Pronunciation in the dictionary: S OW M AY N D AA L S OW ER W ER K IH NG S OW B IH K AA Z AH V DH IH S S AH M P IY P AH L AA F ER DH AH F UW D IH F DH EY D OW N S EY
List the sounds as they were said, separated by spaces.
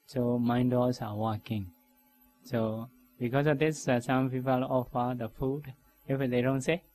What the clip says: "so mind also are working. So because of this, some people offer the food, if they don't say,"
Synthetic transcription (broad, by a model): S OW M AY N D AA S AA W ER K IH NG S OW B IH K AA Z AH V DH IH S S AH M P IY P AH L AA F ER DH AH F UW D IH F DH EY D OW N S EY